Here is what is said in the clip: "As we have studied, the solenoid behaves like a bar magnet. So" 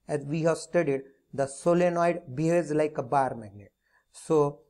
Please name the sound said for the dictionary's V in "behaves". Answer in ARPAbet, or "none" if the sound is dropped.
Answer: none